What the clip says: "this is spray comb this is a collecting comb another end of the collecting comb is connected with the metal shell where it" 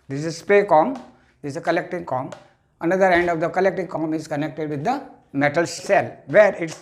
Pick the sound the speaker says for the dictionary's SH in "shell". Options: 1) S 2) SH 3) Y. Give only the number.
1